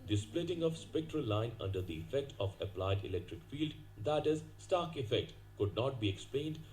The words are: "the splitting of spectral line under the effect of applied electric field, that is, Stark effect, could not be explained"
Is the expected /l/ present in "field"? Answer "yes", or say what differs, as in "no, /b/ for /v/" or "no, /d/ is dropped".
yes